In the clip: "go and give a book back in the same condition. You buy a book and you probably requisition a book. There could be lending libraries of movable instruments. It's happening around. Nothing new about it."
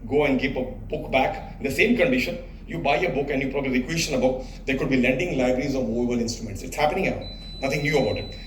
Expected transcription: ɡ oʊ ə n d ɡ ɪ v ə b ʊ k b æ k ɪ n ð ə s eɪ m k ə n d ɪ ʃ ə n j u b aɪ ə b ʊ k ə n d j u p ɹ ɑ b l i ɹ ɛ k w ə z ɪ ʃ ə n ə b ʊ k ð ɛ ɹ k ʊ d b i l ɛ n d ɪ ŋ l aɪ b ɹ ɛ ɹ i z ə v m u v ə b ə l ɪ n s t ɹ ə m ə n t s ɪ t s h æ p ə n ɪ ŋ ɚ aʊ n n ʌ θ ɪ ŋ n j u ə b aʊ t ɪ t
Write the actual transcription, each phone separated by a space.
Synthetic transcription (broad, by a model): ɡ oʊ ə n d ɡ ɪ p ə b ʊ k b æ k ɪ n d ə s eɪ m k ə n d ɪ ʃ ə n j u b aɪ ə b ʊ k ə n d j u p ɹ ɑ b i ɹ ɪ k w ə ʃ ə n ə b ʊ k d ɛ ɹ k ʊ d b i l ɛ n d ɪ ŋ l aɪ b ɹ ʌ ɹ i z ə v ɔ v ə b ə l ɪ n s t ɹ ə m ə n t s ɪ t s h æ p ə n ɪ ŋ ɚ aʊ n n ʌ t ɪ ŋ n j u ə b aʊ t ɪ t